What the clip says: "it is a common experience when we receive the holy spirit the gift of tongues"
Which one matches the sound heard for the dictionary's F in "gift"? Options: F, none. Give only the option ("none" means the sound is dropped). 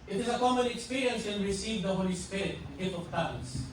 none